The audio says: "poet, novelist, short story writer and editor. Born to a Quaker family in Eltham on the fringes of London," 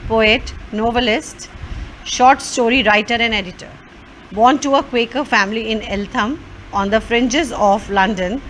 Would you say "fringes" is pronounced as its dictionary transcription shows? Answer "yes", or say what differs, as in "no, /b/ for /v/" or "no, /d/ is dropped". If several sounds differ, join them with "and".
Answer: yes